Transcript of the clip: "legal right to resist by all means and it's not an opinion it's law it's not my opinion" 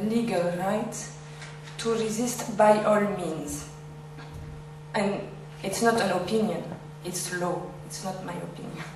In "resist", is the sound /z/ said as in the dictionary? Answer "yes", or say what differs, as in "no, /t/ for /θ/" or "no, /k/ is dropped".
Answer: yes